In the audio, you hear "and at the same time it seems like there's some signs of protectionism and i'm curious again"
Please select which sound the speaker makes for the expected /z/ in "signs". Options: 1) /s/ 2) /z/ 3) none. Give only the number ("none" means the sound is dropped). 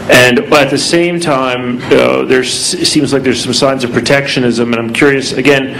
2